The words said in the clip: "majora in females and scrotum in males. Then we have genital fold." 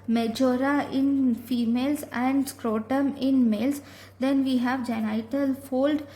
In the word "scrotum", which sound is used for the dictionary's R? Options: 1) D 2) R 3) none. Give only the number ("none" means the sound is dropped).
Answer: 2